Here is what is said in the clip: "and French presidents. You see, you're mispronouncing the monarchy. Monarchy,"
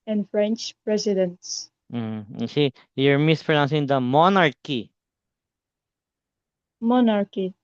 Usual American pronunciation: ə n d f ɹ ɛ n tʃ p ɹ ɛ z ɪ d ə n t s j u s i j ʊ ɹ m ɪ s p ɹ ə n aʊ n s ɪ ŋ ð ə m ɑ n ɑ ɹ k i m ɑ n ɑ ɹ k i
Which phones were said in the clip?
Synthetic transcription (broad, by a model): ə n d f ɹ ɛ n tʃ p ɹ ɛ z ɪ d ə n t s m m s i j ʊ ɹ m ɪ s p ɹ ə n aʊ n s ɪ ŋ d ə m ɑ n ɑ ɹ k i m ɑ n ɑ ɹ k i